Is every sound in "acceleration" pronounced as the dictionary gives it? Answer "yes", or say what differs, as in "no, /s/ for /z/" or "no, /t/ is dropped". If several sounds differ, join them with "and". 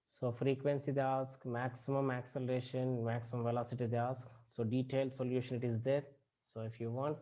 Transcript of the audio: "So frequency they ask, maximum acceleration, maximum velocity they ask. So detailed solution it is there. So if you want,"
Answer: yes